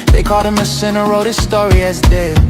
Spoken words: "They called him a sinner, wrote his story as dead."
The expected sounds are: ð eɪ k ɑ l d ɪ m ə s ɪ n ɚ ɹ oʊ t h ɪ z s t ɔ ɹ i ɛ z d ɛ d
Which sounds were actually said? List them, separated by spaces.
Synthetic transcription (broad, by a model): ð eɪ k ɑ d ɪ m ə s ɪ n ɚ ɹ oʊ t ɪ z s t ɔ ɹ i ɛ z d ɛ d